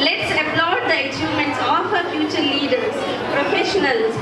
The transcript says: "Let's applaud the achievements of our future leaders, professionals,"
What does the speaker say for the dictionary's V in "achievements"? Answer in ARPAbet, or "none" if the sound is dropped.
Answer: none